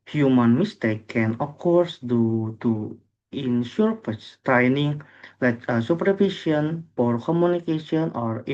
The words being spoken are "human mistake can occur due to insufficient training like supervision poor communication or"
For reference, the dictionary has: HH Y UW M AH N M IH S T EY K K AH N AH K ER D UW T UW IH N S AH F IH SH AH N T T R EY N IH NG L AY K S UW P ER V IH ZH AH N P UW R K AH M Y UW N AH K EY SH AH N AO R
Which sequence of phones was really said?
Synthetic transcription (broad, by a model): HH Y UW M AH N M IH S T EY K K AH N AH K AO D UW T UW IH N SH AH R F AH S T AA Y N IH NG L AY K S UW P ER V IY SH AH N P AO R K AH M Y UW N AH K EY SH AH N AO R